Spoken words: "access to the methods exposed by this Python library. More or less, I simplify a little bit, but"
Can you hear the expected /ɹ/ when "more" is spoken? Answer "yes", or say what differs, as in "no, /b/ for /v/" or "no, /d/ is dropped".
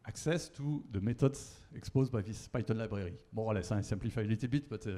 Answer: no, /w/ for /ɹ/